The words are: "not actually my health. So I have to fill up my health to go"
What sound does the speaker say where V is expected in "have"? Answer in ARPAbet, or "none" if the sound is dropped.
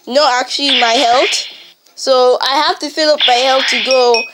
F